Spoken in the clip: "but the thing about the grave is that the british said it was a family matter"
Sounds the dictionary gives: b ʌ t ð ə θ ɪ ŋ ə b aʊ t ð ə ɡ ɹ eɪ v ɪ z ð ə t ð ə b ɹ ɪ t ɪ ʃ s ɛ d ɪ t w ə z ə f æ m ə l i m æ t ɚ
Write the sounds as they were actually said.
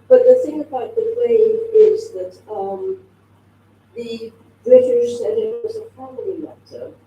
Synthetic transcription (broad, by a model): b ʌ t ð ə θ ɪ ŋ ə b aʊ t ð ə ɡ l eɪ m ɪ z ð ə t ð ə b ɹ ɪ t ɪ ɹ s ɛ d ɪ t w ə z ə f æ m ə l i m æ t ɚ